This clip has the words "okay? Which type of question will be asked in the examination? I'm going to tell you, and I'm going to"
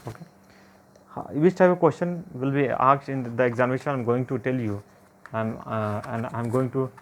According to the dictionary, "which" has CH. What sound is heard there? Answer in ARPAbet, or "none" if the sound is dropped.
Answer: S